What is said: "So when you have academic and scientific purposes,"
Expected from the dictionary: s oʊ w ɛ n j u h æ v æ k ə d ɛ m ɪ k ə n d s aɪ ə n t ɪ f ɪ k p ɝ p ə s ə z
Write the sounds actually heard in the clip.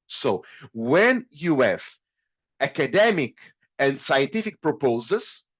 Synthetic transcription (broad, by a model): s oʊ w ɛ n j u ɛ f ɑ k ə d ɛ m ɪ k ə n d s aɪ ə n t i f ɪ k p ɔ p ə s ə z